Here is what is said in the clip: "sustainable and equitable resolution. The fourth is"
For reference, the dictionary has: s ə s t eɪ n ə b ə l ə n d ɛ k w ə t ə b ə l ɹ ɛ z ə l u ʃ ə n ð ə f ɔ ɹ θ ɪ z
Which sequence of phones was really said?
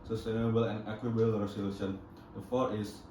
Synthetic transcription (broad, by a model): s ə s t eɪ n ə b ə l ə n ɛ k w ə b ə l ɹ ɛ s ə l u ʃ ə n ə f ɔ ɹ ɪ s